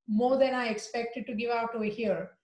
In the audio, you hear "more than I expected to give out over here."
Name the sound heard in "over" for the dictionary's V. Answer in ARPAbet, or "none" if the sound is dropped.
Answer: none